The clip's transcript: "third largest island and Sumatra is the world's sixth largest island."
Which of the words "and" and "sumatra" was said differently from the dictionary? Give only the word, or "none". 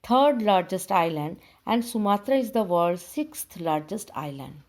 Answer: none